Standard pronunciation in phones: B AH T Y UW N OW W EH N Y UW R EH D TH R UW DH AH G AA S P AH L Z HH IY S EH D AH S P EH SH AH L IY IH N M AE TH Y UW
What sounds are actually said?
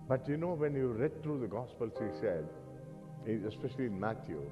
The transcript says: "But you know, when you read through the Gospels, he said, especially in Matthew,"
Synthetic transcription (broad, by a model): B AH T Y UW N OW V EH N Y UW R EH D T R UW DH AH G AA S P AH L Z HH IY S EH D AH S P EH SH AH L IY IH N M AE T Y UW